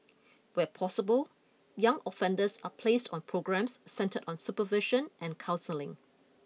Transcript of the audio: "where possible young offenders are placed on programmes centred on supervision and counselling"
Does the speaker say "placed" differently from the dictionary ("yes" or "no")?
no